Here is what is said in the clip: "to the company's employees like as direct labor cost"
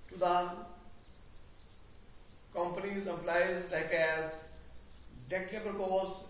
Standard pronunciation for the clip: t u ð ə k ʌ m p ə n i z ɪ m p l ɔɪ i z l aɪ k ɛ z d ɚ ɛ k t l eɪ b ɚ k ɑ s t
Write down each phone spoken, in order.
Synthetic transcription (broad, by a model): t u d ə k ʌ m p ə n i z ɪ p l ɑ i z l aɪ k ɛ z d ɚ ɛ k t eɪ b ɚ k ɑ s